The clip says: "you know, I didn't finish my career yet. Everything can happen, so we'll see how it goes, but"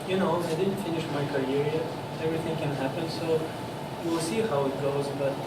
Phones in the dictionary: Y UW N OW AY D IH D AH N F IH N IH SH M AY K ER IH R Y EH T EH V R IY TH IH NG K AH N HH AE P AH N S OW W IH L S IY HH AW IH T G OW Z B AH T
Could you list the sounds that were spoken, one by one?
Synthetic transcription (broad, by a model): Y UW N OW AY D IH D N F IH N IH SH M AY K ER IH R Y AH EH V R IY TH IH NG K AH N HH AE P AH N S OW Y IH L S IY HH AW IH T G OW Z B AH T